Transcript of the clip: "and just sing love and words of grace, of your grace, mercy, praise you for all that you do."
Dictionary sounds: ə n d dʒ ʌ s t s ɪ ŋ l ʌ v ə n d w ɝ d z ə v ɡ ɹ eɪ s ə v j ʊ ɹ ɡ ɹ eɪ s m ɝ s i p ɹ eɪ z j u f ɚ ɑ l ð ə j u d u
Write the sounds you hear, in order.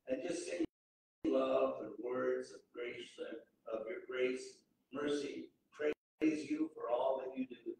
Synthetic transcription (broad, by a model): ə n dʒ ʌ s t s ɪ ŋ l ʌ v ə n w ɝ d z ə v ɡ ɹ eɪ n ə v j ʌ ɹ ɡ ɹ eɪ s m ɝ s i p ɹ eɪ z j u f ɚ ɑ l ð ə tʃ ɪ d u